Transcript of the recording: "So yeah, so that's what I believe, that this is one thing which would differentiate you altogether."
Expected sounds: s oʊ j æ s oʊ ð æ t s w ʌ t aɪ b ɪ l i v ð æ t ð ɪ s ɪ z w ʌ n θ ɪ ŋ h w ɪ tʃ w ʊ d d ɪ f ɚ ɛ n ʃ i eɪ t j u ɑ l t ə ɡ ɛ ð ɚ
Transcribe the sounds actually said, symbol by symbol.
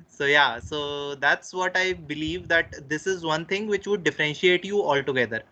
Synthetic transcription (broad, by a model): s oʊ j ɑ s oʊ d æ t s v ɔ t aɪ b ɪ l i v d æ t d ɪ s ɪ z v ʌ n t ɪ ŋ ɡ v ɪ tʃ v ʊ d d ɪ f ɚ ɛ n ʃ i eɪ t j u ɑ l t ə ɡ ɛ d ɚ